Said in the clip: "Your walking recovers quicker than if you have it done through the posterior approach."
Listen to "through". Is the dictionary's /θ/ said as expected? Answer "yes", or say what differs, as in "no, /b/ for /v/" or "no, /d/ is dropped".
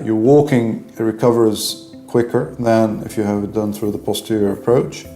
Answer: yes